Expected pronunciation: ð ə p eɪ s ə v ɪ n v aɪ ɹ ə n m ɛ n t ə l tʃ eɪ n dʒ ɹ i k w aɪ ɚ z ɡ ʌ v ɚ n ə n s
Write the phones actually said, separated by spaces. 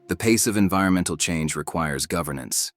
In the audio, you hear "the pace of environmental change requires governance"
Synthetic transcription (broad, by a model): ð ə p eɪ s ə v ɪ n v aɪ ɹ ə n m ɛ n t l tʃ eɪ n dʒ ɹ i k w aɪ ɚ z ɡ ʌ v ɚ n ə n s